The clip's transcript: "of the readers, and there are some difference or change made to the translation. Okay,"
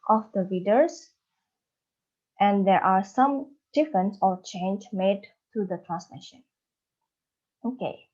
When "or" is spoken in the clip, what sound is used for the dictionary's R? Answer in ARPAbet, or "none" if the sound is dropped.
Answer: L